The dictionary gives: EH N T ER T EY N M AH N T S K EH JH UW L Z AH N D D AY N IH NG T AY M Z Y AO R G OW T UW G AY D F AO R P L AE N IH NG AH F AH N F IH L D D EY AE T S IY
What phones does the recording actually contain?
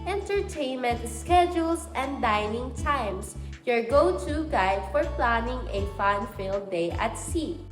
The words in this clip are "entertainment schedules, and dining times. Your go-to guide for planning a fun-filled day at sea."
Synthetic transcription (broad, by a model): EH N T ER T EY N M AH N T S K EH JH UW L S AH N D D AY N IH NG T AY M S Y AO R G OW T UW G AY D F AO R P L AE N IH NG AH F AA N F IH L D D EY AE T S IY